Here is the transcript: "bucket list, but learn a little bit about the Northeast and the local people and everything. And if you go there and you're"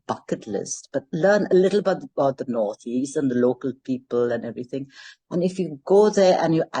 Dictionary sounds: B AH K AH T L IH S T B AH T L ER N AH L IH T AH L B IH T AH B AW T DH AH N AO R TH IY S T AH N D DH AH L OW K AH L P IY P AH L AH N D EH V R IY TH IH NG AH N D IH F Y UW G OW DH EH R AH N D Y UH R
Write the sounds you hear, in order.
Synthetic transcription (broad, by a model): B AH K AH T L IH S T B AH T L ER N AH L IH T AH B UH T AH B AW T DH AH N AO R TH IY S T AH N DH AH L OW K AH L P IY P AH L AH N EH V R IY TH IH NG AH N IH F Y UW G OW DH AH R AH N Y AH